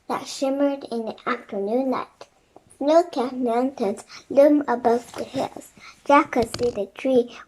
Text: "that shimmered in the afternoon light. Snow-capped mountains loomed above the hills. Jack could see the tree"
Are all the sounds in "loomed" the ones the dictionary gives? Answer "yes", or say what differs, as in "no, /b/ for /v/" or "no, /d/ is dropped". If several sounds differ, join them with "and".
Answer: no, /d/ is dropped